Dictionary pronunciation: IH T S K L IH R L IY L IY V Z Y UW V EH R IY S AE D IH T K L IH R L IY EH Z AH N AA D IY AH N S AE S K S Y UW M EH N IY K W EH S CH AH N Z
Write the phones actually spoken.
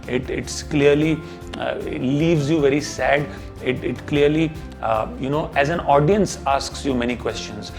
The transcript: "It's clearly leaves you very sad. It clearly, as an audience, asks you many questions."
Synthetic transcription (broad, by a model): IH T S K L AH R L IY L IY V Z Y UW V EH R IY S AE D IH T K L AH R L IY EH Z AH N AA D IY AH N S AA S K S Y UW M EH N IY K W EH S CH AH N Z